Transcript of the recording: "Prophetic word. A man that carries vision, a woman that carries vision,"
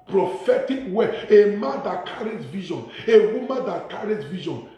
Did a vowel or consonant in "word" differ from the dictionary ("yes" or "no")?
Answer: yes